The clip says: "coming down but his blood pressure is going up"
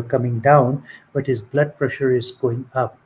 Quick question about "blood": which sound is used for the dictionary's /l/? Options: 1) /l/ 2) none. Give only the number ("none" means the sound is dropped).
1